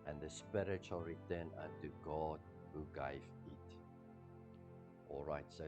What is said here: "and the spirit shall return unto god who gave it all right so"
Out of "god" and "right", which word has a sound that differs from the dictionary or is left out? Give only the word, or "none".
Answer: none